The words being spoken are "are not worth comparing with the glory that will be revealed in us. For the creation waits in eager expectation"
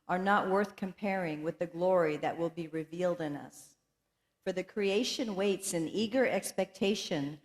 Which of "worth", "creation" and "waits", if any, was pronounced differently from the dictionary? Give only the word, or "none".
none